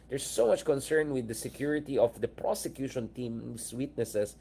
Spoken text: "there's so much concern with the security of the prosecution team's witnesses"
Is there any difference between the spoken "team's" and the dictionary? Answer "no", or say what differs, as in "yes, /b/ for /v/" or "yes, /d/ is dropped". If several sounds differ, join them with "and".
yes, /s/ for /z/